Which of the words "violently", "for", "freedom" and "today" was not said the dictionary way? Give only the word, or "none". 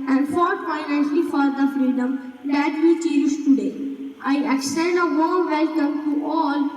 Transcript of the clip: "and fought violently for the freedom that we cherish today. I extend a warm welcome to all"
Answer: violently